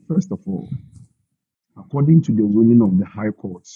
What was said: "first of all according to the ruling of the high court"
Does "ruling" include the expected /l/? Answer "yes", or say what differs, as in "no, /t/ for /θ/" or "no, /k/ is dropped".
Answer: no, /n/ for /l/